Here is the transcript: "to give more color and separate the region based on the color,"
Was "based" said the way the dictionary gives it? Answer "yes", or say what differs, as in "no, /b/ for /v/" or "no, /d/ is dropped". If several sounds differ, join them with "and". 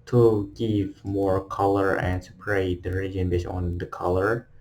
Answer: no, /t/ is dropped